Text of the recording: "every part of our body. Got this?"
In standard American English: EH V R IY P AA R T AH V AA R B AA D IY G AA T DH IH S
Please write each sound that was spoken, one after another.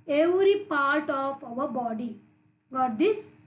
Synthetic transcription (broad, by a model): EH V R IY P AA R T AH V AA W B AA D IY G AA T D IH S